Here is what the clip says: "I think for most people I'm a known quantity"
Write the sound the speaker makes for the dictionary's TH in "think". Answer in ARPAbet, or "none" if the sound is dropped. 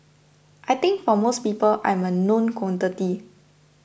T